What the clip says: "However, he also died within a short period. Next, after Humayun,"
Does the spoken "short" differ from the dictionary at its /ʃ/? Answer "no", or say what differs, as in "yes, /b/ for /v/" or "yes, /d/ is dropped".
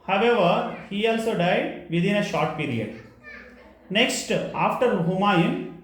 no